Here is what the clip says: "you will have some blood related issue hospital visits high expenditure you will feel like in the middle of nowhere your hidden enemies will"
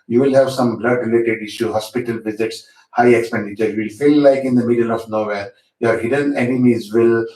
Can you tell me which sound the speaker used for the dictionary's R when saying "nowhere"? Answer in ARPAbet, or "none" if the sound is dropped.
L